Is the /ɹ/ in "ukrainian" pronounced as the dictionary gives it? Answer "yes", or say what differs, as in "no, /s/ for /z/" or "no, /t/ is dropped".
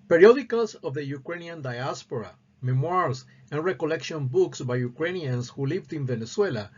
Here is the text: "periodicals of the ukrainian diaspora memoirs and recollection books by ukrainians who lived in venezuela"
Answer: yes